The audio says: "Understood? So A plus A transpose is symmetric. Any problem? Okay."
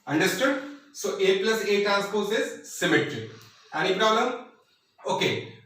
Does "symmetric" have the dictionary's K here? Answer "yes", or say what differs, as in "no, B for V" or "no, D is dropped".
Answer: no, K is dropped